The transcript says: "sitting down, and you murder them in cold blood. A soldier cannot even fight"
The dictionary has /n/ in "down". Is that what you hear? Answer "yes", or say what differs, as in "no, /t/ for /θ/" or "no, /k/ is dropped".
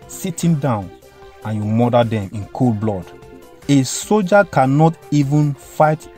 yes